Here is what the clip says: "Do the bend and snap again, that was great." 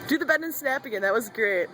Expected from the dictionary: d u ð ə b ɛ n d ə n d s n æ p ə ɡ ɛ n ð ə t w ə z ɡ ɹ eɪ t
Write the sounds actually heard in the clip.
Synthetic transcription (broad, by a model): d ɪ ð ə b ɛ d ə n s n æ p ə ɡ ɛ n ð ə t w ə z ɡ ɹ eɪ t